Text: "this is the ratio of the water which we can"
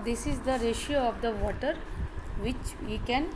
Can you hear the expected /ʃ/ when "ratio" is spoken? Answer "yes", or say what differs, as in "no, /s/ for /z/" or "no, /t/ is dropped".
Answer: yes